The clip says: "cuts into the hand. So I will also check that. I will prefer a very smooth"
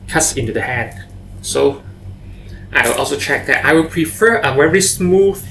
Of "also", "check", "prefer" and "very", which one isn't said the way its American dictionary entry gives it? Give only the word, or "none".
very